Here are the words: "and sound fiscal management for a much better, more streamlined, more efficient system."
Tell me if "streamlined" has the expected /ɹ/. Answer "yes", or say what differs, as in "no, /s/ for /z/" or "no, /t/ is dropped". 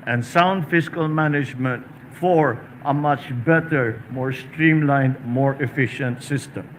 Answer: yes